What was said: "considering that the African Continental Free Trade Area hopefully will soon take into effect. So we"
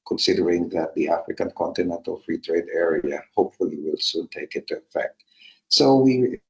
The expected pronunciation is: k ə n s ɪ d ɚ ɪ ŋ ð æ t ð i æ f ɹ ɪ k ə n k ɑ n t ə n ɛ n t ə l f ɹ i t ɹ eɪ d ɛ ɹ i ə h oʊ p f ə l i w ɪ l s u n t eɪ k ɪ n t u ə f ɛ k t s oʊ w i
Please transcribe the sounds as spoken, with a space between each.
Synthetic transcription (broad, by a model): k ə n s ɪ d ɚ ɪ ŋ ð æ t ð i æ f ɹ ɪ k ə n k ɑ n t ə n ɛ n t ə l f ɹ i t ɹ eɪ d ɛ ɹ i ə h oʊ p f ə l i w ɪ l s u n t eɪ k ɪ n t u ə f ɛ k t s oʊ w i